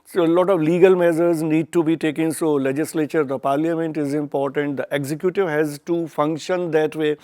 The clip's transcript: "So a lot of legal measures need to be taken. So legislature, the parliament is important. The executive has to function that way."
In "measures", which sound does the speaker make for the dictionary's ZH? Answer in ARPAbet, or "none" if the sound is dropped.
Z